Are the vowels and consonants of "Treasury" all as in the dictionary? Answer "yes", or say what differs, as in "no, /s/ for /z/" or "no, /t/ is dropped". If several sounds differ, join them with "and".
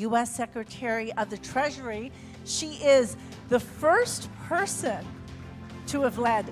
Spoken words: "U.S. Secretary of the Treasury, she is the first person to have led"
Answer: yes